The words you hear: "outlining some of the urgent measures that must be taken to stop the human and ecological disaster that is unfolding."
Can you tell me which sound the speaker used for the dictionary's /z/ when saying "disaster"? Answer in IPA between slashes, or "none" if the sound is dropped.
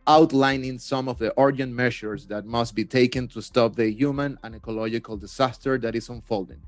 /s/